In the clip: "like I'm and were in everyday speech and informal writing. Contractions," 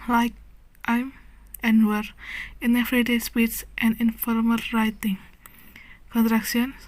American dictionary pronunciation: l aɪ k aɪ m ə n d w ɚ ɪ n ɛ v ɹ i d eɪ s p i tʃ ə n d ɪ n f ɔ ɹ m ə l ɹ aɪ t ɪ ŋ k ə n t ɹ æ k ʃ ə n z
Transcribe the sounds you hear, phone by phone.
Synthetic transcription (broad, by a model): l aɪ k aɪ m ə n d w ɚ ɪ n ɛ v ɹ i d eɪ s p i s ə n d ɪ n f ɔ ɹ m ə l ɹ aɪ t ɪ ŋ k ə n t ɹ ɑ k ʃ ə n